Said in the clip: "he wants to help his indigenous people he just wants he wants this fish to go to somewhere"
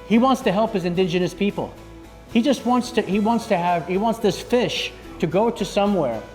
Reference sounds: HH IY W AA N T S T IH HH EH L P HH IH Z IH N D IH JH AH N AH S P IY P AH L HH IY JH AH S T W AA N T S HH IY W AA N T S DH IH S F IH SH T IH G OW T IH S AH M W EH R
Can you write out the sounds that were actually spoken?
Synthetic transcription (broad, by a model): HH IY W AA N T S T IH HH EH L P HH IH Z IH N D IH JH AH N AH S P IY P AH L HH IY JH AH S T W AA N T S HH IY W AA N T S DH IH S F IH SH T IH G OW T IH S AH M W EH R